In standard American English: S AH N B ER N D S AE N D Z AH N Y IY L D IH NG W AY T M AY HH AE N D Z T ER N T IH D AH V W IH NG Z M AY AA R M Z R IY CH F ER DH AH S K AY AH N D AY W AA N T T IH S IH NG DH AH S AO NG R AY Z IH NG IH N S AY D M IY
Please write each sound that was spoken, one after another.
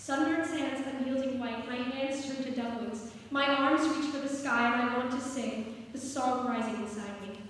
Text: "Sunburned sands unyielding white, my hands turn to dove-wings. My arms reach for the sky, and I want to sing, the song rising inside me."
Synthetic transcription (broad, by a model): S AH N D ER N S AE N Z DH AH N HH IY L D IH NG W AY T M AY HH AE N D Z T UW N T IH D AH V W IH Z M AY AA R M Z R IY CH F ER DH AH S K AY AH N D AY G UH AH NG T IH S IH NG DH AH S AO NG R AY Z IH NG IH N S AY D M IY